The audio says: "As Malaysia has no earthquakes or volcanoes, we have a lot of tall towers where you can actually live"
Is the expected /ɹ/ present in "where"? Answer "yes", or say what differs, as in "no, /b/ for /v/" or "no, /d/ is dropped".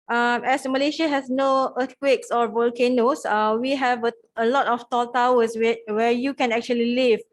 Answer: no, /w/ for /ɹ/